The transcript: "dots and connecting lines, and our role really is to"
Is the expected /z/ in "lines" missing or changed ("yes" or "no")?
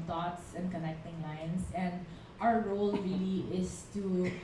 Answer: yes